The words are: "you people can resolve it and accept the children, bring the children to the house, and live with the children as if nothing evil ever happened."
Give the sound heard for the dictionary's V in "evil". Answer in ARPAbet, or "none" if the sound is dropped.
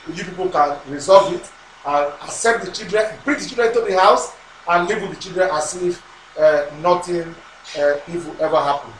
W